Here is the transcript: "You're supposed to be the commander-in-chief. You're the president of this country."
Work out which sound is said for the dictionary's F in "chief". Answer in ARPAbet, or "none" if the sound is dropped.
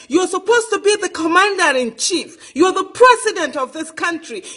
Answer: F